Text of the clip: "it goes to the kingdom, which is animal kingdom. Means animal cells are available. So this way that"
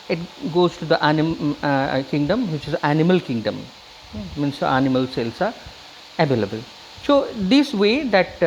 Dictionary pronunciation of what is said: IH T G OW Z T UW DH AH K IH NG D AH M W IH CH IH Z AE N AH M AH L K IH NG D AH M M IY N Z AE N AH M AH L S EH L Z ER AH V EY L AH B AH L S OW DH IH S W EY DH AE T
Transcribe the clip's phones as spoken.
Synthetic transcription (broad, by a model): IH T G OW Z T UW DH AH K IH NG D AH M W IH CH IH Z AE N AH M AH L K IH NG D AH M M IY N S AE N AH M AH L S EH L S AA AH V EY L AH B AH L S OW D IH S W EY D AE T